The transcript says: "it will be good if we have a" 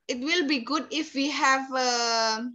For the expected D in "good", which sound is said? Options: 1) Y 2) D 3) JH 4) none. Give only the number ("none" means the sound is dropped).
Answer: 2